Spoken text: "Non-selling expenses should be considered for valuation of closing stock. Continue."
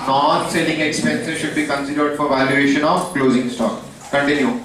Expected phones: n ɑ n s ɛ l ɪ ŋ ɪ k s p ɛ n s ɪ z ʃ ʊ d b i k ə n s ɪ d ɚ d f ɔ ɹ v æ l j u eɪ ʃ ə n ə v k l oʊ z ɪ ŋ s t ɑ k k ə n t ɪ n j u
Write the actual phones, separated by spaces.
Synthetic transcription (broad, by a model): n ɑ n s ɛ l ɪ ŋ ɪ k s p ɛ n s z ʃ ʊ d b i k ə n s ɪ d ɚ d f ɔ ɹ v æ l j u eɪ ʃ ə n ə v k l oʊ z ɪ ŋ s t ɑ k k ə n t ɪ n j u